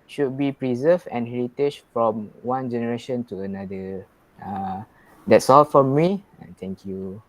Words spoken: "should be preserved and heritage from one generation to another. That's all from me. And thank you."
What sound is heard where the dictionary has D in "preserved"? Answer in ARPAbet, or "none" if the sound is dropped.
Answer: none